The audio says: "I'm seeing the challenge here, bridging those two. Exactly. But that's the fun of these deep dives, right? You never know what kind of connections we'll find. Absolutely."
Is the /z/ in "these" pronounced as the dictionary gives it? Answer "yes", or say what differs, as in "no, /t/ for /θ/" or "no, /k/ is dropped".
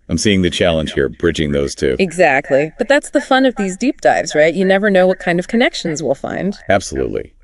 yes